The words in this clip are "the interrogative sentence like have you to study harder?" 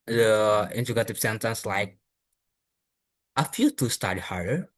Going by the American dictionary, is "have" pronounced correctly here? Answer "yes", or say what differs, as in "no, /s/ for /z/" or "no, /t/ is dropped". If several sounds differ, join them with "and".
no, /f/ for /v/